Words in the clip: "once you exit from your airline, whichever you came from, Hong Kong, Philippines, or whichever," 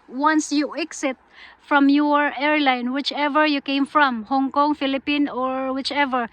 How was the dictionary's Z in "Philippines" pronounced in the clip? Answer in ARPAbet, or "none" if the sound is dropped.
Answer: none